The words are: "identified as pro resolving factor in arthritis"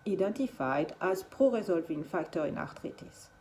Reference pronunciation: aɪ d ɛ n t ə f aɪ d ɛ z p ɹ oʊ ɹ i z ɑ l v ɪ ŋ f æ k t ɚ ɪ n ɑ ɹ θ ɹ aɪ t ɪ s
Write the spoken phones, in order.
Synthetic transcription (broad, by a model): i d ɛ n t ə f aɪ d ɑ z p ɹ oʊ ɹ i z ɑ l v ɪ ŋ f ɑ k t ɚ ɪ n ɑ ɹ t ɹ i t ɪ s